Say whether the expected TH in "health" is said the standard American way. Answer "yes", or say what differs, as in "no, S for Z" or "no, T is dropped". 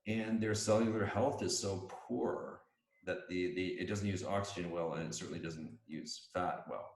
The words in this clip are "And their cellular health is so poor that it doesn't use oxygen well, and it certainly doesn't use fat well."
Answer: yes